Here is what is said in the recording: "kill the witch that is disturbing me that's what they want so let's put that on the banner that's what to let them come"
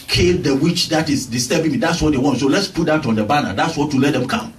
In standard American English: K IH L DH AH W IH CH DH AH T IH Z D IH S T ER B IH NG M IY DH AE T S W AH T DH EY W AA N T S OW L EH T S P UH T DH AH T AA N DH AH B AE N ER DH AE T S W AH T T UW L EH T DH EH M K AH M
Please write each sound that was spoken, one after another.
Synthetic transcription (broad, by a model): K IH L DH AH W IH CH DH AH T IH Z D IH S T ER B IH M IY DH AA T S W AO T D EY W AA N T S OW L EH T S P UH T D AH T AA N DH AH B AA N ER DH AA T S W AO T T UW L EH T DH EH M K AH M